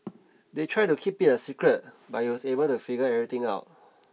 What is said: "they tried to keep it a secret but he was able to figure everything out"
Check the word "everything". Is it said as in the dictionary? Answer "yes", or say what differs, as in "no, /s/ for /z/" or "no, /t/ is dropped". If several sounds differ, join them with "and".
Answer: no, /t/ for /θ/